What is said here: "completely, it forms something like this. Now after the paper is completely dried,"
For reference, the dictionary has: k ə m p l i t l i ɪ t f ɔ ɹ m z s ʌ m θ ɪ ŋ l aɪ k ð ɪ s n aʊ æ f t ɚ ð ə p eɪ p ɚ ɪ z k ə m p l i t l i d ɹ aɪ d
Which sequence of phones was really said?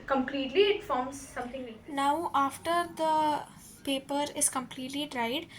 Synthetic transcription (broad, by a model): k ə m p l i t l i ɪ t f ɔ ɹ m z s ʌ m t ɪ ŋ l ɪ n aʊ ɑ f t ɚ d ə p eɪ p ɚ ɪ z k ə m p l i t l i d ɹ aɪ d